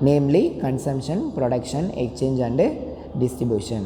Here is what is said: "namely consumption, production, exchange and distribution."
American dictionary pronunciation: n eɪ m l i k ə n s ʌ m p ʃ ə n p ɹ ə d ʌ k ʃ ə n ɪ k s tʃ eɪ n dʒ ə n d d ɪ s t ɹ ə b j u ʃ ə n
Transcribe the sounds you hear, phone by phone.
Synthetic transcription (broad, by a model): n eɪ m l i k ə n s ʌ m p ʃ ə n p ɹ ə d ʌ k ʃ ə n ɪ k tʃ eɪ n dʒ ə n d d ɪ s t ɹ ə b j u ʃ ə n